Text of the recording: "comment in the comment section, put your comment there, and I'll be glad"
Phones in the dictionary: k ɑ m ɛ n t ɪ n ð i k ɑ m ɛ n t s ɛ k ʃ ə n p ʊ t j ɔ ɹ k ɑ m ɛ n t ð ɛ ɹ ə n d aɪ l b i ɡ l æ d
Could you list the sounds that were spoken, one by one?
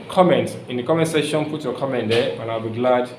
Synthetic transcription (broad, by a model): k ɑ m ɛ n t ɪ n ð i k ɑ m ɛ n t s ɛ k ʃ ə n f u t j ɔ k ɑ m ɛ n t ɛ w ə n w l b i ɡ l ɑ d